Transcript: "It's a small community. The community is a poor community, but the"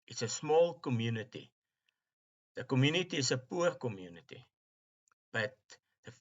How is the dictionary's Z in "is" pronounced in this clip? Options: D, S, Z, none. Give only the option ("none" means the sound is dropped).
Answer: S